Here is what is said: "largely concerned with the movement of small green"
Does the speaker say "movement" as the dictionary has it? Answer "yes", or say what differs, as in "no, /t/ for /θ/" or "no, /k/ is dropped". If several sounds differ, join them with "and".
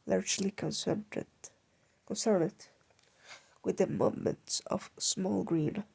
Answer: no, /v/ is dropped